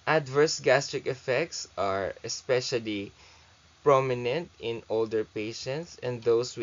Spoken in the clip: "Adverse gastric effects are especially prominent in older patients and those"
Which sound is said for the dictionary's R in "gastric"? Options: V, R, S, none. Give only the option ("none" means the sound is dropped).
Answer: R